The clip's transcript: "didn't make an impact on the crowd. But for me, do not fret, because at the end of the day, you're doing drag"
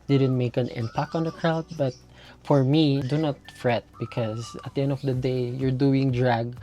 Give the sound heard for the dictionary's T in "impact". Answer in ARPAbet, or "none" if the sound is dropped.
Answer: none